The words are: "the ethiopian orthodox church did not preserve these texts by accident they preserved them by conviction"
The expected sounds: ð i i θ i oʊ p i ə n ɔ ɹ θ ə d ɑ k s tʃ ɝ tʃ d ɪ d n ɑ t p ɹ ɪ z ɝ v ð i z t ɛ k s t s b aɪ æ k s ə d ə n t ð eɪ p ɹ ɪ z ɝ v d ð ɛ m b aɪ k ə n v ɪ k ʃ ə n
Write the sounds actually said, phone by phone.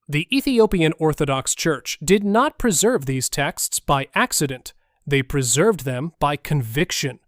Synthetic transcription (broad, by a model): ð i i θ i oʊ p i ə n ɔ ɹ θ ə d ɑ k s tʃ ɝ tʃ d ɪ d n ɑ t p ɹ ɪ z ɝ v ð i z t ɛ k s t s b aɪ æ k s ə d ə n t ð eɪ p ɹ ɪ z ɝ v ð ɛ m b aɪ k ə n v ɪ k ʃ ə n